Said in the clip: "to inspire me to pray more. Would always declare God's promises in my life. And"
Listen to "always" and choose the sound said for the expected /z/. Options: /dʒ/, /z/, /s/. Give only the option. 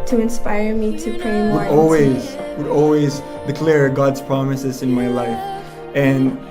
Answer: /z/